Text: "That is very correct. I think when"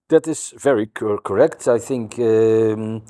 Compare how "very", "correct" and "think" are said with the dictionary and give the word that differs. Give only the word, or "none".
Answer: none